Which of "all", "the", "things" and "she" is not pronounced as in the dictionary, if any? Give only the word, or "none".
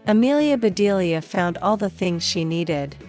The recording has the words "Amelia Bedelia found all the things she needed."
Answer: none